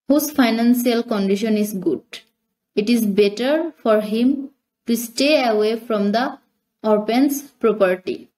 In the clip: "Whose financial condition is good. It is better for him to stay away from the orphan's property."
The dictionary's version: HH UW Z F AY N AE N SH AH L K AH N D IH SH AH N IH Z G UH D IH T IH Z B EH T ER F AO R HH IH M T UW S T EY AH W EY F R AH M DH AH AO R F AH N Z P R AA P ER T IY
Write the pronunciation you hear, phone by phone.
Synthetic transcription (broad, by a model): HH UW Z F AY N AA N S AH L K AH N D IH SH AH N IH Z G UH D IH T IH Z B EH T ER F AO R HH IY M T UW S T EY AH W EY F R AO M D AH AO R P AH N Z P R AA P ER T IY